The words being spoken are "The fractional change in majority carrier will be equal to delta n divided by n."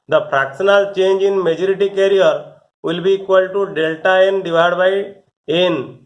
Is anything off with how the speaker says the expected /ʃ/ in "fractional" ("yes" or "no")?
yes